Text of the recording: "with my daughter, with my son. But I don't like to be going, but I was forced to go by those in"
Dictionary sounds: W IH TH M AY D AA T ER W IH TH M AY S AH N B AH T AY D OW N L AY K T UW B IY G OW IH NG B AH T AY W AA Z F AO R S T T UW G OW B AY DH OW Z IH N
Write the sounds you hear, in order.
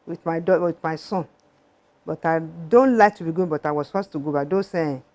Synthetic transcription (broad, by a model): W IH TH M AY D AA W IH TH M AY S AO N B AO T AY D OW N L AY K T UW B IY G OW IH B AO T AY W AA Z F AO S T T UW G OW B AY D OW S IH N